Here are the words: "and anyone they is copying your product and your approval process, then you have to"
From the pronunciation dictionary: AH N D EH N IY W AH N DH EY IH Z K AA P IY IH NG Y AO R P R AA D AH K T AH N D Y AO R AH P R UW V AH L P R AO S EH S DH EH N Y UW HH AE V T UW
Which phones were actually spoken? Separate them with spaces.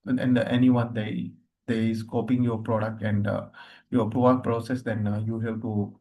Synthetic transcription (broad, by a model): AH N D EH N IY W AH N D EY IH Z K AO P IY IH NG Y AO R P R AA D AH K T AH N D Y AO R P R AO AH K P R AO S EH S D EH N Y UW HH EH P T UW